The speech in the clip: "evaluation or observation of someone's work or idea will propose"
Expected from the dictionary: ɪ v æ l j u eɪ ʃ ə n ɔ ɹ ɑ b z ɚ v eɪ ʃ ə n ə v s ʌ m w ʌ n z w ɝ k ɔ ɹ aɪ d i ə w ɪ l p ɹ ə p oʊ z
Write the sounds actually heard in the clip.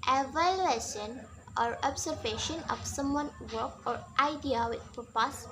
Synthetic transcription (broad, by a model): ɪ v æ l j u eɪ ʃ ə n ɔ ɹ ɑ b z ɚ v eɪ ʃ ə n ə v s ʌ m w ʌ n w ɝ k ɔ ɹ aɪ d i ə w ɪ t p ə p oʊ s